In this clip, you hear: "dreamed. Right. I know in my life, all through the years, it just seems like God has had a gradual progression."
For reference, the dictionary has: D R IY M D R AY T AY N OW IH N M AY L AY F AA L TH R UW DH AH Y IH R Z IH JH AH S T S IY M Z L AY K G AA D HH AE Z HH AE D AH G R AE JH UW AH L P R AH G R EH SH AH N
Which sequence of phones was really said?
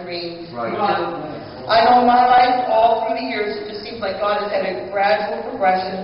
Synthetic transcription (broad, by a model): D R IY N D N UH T AY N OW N M AY L AY F AA L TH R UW DH AH Y IH R Z IH JH AH S T S IY M Z L AY K G AA D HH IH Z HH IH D AH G R AE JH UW L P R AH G R EH SH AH N